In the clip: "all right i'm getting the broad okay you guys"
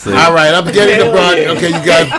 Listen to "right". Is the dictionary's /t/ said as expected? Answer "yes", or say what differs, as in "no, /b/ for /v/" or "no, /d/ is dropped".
yes